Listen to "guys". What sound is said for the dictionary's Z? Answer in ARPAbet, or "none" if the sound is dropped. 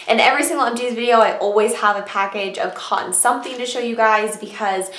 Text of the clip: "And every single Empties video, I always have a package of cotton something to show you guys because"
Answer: Z